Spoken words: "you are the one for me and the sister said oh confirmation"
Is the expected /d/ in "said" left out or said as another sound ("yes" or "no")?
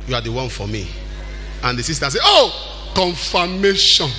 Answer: yes